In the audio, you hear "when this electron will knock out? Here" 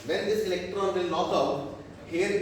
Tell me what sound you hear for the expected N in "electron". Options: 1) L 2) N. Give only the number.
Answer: 2